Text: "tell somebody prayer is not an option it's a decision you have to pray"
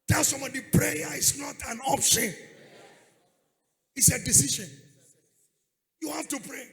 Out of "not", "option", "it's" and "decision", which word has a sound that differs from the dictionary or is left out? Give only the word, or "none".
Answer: decision